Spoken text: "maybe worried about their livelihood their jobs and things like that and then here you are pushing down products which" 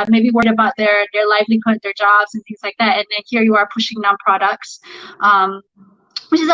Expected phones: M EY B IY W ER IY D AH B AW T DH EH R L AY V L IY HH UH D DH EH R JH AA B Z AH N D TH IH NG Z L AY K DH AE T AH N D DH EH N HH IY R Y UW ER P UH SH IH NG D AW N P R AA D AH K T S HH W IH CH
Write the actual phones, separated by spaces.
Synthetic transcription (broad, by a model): M EY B IY W ER IY D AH B AW T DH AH R L AY V L IY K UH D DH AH R JH AA B Z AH N TH IH NG Z L AY K DH AE T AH N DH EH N HH IY R Y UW ER P UH SH IH NG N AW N P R AA D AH K T S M W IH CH